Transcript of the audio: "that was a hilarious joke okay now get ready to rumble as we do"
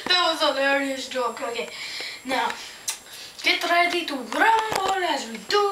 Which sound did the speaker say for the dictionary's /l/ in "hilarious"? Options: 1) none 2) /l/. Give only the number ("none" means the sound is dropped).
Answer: 1